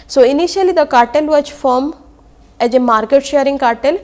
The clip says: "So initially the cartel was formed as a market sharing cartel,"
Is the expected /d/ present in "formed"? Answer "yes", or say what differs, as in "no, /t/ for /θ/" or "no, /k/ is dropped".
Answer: no, /d/ is dropped